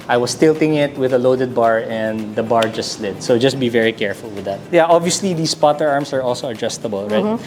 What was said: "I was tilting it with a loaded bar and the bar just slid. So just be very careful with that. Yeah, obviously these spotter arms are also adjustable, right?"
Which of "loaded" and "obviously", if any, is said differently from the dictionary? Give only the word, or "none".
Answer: none